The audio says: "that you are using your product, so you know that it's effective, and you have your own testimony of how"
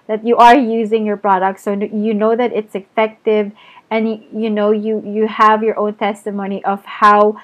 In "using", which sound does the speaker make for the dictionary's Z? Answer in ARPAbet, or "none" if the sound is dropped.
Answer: Z